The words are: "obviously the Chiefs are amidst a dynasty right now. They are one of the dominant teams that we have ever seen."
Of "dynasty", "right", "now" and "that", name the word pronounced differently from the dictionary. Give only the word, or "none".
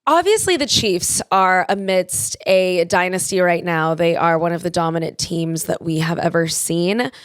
none